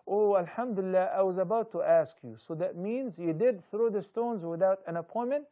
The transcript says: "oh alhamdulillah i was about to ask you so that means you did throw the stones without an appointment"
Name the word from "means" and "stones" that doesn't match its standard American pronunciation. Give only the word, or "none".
none